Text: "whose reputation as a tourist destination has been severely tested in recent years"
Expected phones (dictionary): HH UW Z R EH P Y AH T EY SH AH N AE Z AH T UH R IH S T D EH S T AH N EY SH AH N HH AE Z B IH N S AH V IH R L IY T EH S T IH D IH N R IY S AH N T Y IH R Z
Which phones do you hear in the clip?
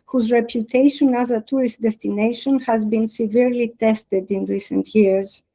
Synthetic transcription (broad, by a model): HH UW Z R EH P Y AH T EY SH AH N AE Z AH T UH R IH S T D EH S T AH N EY SH AH N HH AE Z B IH N S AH V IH R L IY T EH S T IH D IH N R IY S AH N T Y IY R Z